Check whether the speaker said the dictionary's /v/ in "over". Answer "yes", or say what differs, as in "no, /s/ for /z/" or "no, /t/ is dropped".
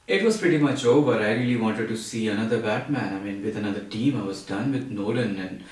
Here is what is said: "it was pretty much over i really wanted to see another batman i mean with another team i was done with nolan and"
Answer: no, /b/ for /v/